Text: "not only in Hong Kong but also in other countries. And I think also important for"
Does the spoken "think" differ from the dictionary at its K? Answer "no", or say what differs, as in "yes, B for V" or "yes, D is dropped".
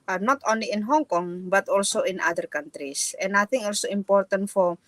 yes, K is dropped